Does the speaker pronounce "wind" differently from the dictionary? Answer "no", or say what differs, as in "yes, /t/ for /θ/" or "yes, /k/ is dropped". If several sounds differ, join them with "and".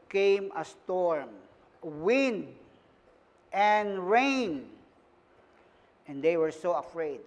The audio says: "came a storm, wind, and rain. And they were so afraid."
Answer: no